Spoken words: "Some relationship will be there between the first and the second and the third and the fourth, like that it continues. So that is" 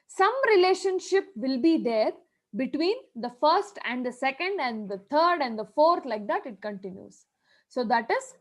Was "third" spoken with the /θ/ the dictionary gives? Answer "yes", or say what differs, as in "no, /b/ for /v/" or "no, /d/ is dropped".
no, /t/ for /θ/